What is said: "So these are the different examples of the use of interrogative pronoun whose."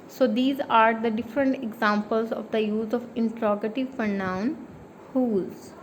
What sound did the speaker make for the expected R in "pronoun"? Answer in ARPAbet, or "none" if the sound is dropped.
none